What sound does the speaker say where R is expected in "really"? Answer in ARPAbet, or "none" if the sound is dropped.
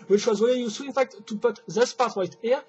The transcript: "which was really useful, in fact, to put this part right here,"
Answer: W